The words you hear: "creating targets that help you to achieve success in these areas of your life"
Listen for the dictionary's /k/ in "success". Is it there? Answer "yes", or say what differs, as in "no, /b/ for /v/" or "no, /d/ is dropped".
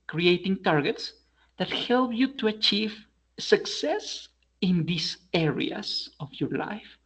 yes